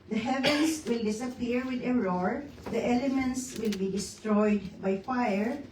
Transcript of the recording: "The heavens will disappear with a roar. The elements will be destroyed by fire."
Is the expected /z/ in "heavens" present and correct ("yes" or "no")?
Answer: no